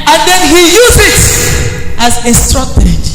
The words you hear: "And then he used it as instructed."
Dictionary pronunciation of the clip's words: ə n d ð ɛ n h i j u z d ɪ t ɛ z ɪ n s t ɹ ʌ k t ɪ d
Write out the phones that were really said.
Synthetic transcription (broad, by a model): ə n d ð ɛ n h i j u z ɪ t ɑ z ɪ s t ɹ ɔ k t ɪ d